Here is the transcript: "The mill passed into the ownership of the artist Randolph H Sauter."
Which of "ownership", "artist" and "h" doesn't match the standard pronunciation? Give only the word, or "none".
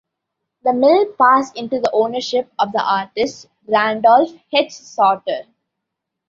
h